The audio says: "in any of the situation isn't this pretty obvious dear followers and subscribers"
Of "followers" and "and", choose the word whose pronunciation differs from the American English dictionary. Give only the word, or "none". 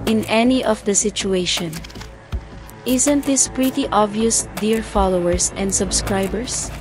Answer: followers